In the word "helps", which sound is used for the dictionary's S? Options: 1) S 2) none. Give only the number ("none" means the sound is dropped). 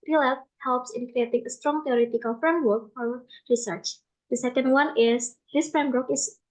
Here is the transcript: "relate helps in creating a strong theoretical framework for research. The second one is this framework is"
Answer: 1